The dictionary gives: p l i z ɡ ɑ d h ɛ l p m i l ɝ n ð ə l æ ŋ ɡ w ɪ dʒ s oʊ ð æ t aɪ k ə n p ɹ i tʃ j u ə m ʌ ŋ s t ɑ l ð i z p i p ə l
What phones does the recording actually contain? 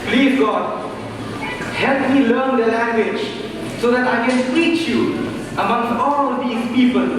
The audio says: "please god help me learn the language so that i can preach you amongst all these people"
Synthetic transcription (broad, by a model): p l i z ɡ ɑ d h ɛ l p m i l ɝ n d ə l æ ŋ ɡ w ɪ dʒ s oʊ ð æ t aɪ k ə n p i tʃ j u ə m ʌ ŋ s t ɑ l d i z p i p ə l